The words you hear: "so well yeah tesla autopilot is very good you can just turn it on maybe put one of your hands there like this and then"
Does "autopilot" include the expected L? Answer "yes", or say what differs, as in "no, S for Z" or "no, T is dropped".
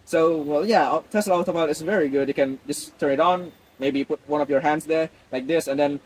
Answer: no, L is dropped